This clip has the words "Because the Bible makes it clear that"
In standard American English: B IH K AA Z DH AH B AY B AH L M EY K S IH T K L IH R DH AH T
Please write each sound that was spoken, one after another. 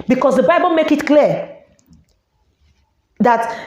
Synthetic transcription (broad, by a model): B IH K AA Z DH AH B AY B AH L M EY K IH T K L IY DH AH T